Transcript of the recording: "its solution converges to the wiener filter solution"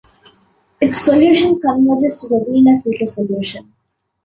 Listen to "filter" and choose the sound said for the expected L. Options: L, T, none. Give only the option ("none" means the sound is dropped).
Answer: none